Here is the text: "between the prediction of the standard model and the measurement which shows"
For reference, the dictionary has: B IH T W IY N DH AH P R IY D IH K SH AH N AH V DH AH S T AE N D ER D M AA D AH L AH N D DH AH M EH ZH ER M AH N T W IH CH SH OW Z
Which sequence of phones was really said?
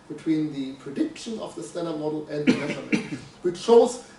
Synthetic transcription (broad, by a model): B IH T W IY N DH AH P R IY D IH K SH AH N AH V DH AH S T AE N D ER M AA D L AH N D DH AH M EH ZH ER AH W IH CH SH OW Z